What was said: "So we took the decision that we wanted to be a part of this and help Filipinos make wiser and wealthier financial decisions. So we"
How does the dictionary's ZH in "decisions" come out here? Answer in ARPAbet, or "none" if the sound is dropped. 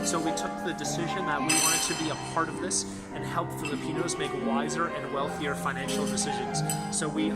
ZH